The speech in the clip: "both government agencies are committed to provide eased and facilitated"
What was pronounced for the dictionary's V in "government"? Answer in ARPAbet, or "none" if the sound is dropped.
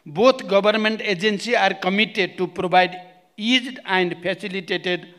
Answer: B